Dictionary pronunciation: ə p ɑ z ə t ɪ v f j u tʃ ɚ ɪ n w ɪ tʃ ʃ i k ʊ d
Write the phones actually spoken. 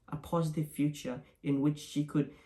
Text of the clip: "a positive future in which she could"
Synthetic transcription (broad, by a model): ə p ɑ z ə t ɪ v f j u tʃ ɚ ɪ n w ɪ tʃ ʃ i k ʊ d